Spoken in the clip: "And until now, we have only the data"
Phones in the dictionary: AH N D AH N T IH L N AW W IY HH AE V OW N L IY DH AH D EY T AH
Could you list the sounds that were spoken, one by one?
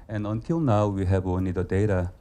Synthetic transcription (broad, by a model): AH N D AH N T IH L N AW W IY HH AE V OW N IY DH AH D EY T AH